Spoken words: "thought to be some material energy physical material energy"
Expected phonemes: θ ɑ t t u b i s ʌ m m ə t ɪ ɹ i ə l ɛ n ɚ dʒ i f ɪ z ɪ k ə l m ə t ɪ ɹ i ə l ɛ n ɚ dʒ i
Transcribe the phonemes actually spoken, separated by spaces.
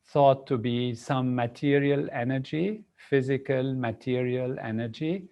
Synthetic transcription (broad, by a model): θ ɑ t t u b i s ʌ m m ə t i ɹ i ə l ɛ n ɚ dʒ i f ɪ z ɪ k ə l m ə t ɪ ɹ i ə l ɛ n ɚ dʒ i